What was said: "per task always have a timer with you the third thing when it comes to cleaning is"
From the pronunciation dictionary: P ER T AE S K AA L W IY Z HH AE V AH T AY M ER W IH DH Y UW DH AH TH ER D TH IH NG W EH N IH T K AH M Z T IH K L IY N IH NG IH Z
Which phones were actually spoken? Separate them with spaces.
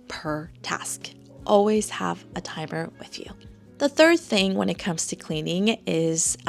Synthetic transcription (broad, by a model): P ER T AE S K AA L W IY Z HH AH V AH T AY M ER W IH DH Y UW DH AH TH ER D TH IH NG W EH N IH T K AH M Z T IH K L IY N IH NG IH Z